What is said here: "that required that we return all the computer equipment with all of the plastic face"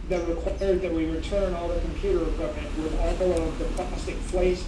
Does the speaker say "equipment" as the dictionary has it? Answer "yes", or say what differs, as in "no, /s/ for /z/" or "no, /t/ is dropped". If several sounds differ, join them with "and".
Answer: no, /p/ is dropped